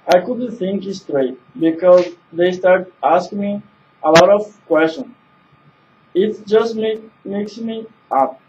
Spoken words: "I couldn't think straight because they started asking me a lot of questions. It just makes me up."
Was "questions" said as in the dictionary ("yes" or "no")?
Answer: no